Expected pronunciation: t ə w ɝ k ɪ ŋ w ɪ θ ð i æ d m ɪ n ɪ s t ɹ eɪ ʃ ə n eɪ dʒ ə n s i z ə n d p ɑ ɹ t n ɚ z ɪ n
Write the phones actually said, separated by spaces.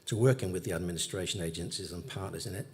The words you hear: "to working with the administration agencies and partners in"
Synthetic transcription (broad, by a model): t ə w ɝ k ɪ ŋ w ɪ ð i æ d m ɪ n ɪ s t ɹ eɪ ʃ ə n eɪ dʒ ə n s i z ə n p ɑ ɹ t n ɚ z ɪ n